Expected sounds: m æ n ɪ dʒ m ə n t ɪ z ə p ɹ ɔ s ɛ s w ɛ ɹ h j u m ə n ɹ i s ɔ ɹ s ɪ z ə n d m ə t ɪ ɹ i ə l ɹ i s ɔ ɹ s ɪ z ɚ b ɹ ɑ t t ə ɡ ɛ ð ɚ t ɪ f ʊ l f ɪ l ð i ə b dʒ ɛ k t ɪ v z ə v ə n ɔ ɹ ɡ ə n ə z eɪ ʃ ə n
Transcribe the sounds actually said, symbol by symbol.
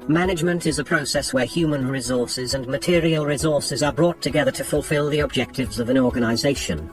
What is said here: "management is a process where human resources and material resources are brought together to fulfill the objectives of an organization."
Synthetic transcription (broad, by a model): m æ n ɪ dʒ m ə n t ɪ z ə p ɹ ɔ s ɛ s w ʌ ɹ h j u m ə n ɹ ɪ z ɔ ɹ s ɪ z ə n m ə t ɪ ɹ i ə l ɹ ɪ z ɔ ɹ s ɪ z ɚ b ɹ ɑ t t ə ɡ ɛ ð ɚ t ɪ f ʊ l f ɪ l ð i ə b dʒ ɛ k t ɪ v z ə v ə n ɔ ɹ ɡ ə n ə z eɪ ʃ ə n